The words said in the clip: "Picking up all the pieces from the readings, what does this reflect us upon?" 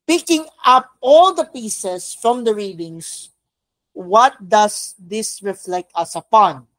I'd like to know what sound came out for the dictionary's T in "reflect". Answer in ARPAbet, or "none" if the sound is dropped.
T